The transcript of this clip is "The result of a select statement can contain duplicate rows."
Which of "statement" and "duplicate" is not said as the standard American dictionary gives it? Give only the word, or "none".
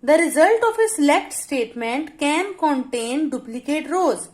none